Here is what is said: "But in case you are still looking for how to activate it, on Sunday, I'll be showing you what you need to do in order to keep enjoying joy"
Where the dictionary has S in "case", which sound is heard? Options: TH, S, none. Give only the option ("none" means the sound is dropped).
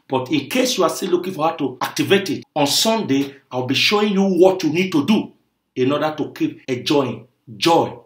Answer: S